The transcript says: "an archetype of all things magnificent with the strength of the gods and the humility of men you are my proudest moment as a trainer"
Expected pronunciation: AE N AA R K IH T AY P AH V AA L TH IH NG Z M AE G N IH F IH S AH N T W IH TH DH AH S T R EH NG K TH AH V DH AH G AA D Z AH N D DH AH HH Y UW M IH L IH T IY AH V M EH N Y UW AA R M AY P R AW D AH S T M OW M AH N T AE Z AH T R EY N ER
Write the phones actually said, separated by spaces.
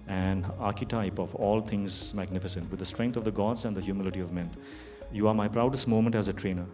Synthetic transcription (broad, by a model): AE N AA R K IH T AY P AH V AA L T IH NG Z M AE G N IH F IH S AH N T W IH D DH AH S T R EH NG K T AH V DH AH G AA D Z AH N D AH HH Y UW M IH L IH T IY AH V M EH N Y UW AA R M AY P R AW D AH S T M OW M AH N T AE Z AH T R EY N ER